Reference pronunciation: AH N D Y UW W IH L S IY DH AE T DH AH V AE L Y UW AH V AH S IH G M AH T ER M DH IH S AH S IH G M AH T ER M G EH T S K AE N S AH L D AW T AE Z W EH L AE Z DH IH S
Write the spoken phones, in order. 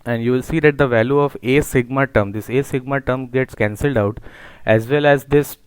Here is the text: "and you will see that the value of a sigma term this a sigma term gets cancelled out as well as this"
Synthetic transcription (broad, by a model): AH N D Y UW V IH L S IY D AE T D AH V AE L Y UW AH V AH S IH G M AH T ER M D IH S AH S IH G M AH T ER M G EH T S K AE N S AH L D AW T AE Z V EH L AE Z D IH S